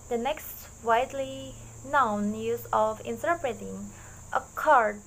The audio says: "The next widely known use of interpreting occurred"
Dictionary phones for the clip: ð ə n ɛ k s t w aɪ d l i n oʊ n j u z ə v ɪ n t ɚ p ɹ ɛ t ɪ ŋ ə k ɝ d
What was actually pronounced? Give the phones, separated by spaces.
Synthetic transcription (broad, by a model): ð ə n ɛ k s t w aɪ d l i n oʊ n j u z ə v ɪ n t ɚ p ɹ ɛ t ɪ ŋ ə k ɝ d